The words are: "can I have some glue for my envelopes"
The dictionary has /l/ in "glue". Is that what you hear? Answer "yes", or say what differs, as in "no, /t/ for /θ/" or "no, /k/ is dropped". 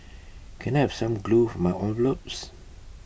yes